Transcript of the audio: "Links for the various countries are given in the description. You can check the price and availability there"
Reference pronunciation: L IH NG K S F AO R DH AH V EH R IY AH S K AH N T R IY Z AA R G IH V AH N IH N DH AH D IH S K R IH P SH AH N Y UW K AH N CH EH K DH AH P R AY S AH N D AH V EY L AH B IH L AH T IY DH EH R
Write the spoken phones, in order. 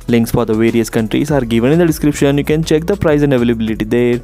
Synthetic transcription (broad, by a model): L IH NG K S F AO R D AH V EH R IY AH S K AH N T R IY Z AA R G IH V AH N IH N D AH D IH S K R IH P SH AH N Y UW K AH N CH EH K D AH P R AY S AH N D AH V EY L AH B IH L AH T IY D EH R